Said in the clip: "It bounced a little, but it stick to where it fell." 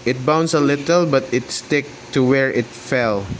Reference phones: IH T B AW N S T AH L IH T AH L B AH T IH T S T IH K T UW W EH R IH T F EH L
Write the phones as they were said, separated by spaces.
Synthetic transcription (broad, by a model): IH T B AW N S AH L IH T AH L B AH T IH T S T IH K T UW W EH R IH T F EH L